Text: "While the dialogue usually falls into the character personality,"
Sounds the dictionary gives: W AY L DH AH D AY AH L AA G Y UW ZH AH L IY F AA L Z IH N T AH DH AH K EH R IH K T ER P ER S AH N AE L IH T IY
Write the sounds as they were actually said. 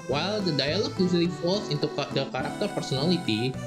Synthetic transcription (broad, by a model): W AY L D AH D AY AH L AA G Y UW S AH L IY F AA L S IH N T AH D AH K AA R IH K T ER P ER S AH N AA L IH T IY